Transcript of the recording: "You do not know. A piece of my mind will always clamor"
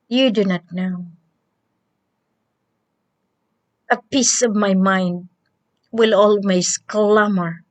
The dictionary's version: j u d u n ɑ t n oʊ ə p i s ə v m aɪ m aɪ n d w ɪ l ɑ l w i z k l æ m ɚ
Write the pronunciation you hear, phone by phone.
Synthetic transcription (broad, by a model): j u d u n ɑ t n oʊ ə p i s ə v m aɪ m aɪ n d w ɪ l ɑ l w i s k l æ m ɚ